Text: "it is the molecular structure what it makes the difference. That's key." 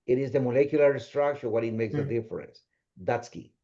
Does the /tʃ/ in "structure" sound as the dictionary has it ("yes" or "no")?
no